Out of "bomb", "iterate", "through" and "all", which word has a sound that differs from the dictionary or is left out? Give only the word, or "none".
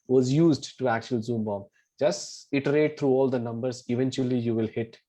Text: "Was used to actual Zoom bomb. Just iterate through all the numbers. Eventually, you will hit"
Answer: through